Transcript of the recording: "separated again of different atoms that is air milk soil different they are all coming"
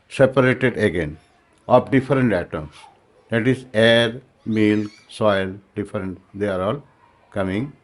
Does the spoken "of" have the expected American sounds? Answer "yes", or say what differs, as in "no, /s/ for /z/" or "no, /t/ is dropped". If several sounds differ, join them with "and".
no, /p/ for /v/